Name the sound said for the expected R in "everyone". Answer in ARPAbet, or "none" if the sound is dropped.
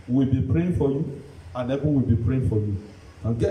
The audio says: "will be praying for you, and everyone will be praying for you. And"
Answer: none